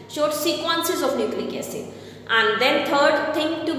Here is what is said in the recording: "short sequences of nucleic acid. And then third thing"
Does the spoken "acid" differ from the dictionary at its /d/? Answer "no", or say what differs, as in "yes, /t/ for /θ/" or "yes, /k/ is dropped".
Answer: yes, /d/ is dropped